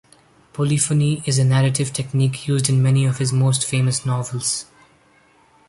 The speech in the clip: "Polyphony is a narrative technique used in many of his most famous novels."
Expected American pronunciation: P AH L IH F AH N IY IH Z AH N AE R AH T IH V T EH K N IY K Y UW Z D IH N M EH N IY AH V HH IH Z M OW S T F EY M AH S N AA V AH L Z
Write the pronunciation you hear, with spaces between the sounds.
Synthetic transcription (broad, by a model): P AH L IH F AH N IY IH Z AH N AE R AH T IH V T EH K N IY K Y UW Z D IH N M EH N IY AH V HH IH Z M OW S T F EY M AH S N AA V AH L Z